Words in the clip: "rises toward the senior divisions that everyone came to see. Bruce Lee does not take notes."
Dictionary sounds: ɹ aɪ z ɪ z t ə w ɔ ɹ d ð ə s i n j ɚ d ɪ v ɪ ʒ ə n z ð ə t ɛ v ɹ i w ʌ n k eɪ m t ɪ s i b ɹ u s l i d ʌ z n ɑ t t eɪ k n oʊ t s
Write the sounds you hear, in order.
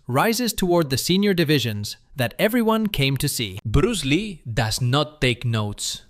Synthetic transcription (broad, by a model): ɹ aɪ z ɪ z t ə w ɔ ɹ d ð ə s i n j ɚ d ɪ v ɪ ʒ ə n z ð ə t ɛ v ɹ i w ʌ n k eɪ m t ɪ s i b ɹ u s l i d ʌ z n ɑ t t eɪ k n oʊ t s